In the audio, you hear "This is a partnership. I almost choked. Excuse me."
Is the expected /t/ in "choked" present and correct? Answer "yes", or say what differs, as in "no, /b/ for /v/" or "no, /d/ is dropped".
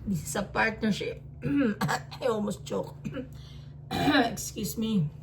no, /t/ is dropped